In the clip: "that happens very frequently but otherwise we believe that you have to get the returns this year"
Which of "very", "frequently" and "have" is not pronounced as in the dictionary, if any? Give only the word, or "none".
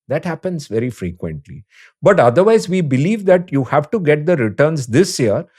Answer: none